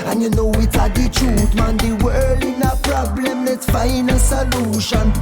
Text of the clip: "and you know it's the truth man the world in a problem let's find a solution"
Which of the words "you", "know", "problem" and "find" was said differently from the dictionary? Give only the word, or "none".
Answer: find